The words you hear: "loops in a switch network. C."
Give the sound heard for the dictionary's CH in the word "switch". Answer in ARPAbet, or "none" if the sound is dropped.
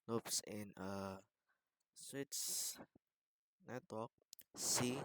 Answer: S